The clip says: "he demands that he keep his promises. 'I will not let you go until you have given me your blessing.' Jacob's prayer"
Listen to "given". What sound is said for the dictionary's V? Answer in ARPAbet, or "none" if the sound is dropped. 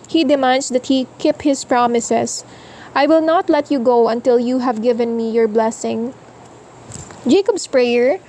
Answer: V